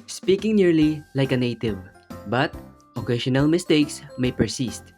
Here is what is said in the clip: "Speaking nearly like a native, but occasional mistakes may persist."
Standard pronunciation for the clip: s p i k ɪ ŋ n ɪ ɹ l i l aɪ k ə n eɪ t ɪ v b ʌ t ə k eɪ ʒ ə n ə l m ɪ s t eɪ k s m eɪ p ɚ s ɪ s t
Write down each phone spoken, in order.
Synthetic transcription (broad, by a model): s p i k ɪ ŋ n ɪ ɹ l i l aɪ k ə n eɪ t ɪ v b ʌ t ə k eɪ ʃ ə n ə l m ɪ s t eɪ k s m eɪ p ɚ s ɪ s t